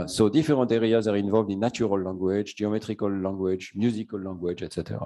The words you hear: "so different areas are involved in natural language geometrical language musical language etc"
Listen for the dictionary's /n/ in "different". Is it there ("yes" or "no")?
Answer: no